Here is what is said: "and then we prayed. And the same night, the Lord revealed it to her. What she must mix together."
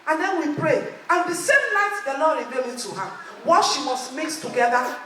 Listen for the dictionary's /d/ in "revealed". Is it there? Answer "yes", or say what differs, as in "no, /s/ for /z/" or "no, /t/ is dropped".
no, /d/ is dropped